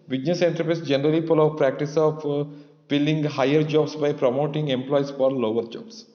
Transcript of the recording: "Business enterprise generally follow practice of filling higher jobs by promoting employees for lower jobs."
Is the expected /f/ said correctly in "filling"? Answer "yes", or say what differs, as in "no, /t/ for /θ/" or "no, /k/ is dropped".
no, /p/ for /f/